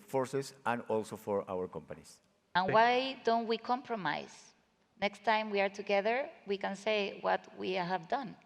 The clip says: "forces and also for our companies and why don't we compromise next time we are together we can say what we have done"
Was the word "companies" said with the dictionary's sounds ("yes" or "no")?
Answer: no